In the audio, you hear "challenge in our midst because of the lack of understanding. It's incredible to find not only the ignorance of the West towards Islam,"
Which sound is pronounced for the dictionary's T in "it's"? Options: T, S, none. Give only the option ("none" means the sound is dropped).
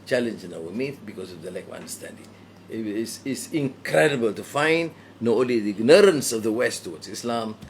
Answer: S